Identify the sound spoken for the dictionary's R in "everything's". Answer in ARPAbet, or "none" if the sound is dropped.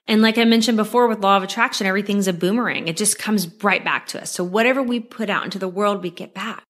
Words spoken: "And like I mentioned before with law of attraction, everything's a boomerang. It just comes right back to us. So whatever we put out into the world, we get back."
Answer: R